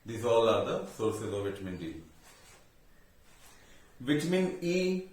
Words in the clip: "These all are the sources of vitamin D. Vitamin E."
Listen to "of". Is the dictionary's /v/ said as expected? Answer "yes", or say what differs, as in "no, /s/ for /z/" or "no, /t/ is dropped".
yes